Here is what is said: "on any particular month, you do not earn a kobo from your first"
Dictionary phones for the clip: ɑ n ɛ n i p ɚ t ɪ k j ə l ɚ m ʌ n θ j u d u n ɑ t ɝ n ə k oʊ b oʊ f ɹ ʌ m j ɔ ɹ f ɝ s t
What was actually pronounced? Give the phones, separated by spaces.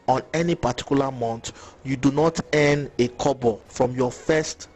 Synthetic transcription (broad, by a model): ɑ n ɛ n i p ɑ t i k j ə l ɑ m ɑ n t j u d u n ɑ t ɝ n ə k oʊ b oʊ f ɹ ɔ m j ɔ f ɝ s t